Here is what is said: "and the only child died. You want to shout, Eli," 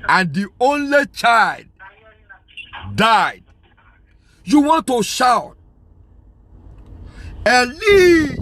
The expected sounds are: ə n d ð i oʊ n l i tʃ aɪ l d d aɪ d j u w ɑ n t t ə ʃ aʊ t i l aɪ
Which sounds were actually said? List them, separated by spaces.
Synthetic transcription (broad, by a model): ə n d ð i oʊ n l i tʃ aɪ l d d aɪ d j u w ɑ n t t ə ʃ aʊ t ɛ l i